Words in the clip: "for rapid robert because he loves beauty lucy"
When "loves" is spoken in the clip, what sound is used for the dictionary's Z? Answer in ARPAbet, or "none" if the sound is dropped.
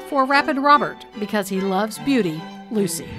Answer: Z